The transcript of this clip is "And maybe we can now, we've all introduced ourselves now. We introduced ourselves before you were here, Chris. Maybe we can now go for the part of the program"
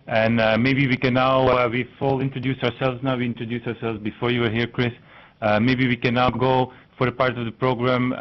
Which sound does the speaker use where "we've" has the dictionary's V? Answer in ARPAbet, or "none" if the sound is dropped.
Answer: F